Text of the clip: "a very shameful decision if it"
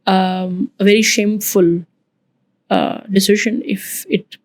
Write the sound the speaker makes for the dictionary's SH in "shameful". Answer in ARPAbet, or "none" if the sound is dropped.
SH